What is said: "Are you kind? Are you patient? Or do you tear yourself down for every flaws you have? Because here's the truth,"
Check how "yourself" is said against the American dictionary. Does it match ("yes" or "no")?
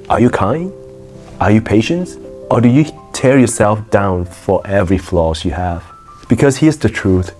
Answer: yes